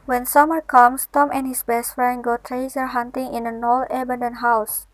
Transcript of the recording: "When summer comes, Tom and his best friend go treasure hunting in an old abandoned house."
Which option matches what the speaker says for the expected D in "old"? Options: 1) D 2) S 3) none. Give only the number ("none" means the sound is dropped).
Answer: 3